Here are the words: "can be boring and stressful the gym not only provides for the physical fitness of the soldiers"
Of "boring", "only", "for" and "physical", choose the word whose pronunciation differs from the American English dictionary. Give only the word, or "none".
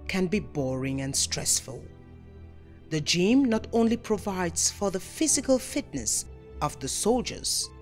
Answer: none